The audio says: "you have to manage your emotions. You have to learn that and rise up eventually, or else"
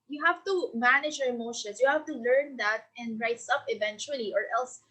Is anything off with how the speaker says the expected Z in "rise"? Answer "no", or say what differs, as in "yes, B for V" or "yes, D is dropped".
yes, S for Z